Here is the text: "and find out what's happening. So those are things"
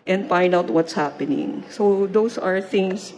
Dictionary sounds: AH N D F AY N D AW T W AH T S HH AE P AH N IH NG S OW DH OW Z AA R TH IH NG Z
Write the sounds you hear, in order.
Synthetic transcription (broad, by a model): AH N D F AY N D AW T W AH T S HH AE P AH N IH NG S OW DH OW S AA R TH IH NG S